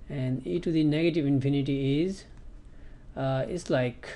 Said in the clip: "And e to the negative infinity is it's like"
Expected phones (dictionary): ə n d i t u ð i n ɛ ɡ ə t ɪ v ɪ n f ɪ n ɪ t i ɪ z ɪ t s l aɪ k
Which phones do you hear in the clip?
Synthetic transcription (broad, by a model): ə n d i t u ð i n ɛ ɡ ə t ɪ v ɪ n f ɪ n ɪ t i ɪ z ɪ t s l aɪ k